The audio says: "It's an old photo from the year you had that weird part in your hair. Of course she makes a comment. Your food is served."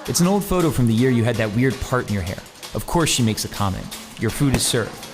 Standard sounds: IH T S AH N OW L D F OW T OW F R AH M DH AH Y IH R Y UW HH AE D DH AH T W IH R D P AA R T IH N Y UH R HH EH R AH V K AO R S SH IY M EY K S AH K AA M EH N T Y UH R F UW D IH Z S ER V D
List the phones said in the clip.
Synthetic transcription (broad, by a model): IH T S N OW L D F OW T OW F R AH M DH AH Y IH R Y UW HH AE D DH AH T W IH R D P AA R T IH N Y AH R HH EH R AH V K AO R S SH IY M EY K S AH K AA M EH N T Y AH R F UW D IH Z S ER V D